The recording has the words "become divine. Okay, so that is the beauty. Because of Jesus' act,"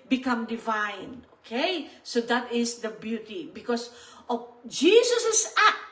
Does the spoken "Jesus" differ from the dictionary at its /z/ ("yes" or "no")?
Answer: yes